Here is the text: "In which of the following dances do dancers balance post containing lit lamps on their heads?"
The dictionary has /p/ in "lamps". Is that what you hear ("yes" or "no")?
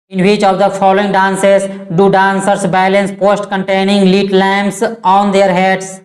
no